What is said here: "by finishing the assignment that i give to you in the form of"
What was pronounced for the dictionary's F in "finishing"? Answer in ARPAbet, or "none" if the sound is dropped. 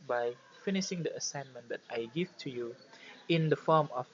F